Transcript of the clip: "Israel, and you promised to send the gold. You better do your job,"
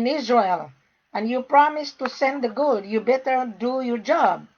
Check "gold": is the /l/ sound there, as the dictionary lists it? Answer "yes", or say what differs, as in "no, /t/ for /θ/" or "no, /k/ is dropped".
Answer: no, /l/ is dropped